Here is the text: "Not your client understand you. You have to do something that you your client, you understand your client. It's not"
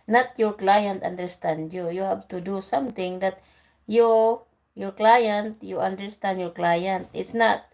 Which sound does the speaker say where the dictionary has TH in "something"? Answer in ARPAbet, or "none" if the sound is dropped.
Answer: T